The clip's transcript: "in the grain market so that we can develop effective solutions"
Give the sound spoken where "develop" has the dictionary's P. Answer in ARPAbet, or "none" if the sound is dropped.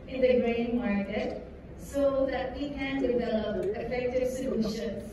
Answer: none